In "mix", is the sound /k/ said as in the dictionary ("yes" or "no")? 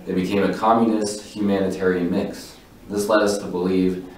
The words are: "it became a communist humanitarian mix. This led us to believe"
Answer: yes